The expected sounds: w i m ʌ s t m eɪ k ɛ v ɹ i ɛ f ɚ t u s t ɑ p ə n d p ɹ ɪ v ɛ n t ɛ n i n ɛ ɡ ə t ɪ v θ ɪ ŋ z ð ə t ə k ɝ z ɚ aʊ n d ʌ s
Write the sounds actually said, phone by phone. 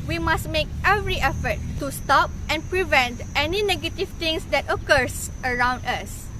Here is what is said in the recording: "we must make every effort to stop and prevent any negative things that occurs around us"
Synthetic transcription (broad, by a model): w i m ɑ s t m eɪ k ɛ v ɹ i ɛ f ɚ t u s t ɑ p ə n p ɹ ɪ v ɛ n t ɛ n i n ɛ ɡ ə t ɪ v t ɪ ŋ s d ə t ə k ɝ s ɚ aʊ n d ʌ s